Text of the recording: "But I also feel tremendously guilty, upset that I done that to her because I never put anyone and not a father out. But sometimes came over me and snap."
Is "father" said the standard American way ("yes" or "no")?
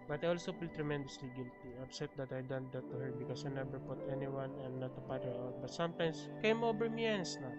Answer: no